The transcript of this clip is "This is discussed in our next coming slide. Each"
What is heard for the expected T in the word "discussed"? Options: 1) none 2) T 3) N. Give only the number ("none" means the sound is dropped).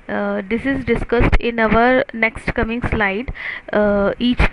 2